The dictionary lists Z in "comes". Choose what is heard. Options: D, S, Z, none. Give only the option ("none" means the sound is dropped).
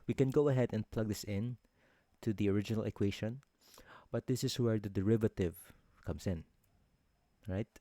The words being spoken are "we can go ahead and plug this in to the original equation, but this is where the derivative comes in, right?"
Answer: S